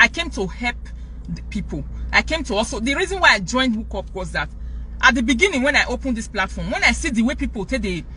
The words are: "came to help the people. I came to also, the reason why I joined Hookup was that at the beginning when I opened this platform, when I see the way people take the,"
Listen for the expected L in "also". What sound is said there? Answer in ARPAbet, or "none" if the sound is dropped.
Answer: none